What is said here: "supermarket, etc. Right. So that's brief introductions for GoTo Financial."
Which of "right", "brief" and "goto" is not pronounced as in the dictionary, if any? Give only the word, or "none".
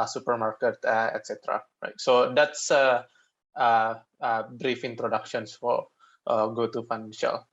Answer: none